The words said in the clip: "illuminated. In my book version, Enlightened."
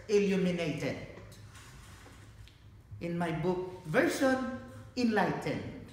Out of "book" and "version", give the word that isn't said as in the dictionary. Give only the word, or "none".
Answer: version